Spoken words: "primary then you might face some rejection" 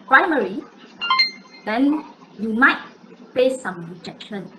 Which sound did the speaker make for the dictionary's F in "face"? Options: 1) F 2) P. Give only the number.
2